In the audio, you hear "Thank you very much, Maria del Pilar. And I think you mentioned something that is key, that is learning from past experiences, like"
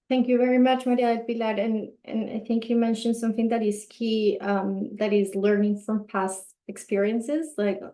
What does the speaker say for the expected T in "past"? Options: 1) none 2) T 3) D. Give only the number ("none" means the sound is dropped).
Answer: 2